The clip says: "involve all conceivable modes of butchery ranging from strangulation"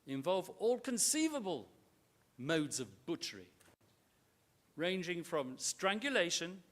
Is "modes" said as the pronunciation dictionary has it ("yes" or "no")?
yes